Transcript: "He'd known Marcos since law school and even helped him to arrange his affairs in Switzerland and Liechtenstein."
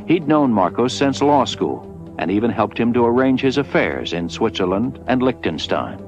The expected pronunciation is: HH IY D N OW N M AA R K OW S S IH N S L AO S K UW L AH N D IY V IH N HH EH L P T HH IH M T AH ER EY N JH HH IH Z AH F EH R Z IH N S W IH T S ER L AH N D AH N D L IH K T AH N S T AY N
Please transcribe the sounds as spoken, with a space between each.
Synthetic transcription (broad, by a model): HH IY D N OW N M AA R K OW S S IH N S L AO S K UW L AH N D IY V IH N HH EH L P T HH IH M T AH ER EY N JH HH IH Z AH F EH R Z IH N S W IH T S ER L AH N D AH N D L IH K T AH N S T AY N